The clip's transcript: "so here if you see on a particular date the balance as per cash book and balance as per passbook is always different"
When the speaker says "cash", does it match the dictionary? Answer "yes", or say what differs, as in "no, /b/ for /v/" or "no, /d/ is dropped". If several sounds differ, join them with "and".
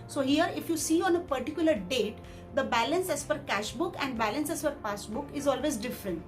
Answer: yes